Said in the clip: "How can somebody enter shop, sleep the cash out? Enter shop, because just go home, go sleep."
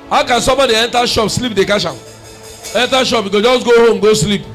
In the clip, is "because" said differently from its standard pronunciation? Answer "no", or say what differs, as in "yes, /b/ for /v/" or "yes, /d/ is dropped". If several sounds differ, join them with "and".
yes, /z/ is dropped